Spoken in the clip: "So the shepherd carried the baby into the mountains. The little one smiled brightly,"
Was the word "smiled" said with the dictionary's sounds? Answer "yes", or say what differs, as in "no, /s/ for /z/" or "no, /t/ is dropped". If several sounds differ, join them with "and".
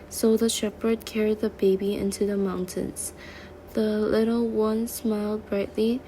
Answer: yes